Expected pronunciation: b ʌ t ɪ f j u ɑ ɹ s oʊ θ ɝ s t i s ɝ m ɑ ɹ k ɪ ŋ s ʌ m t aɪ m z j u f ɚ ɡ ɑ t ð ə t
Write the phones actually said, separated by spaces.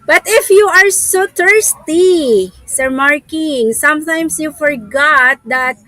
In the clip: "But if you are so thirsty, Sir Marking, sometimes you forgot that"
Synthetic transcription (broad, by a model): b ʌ t ɪ f j u ɑ ɹ s oʊ t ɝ s t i s ɝ m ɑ ɹ k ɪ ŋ s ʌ m t aɪ m s j u f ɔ ɡ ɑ t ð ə t